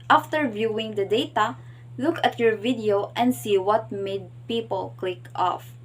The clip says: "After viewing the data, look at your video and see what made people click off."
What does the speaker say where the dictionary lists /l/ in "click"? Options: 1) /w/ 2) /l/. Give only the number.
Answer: 2